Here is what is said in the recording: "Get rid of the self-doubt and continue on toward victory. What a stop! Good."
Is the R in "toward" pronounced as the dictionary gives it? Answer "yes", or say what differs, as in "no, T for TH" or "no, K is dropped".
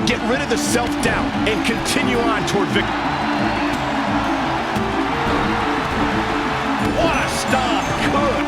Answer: yes